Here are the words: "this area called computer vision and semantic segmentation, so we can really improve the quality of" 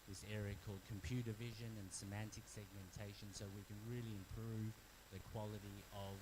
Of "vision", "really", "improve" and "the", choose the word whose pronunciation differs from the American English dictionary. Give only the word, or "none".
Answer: none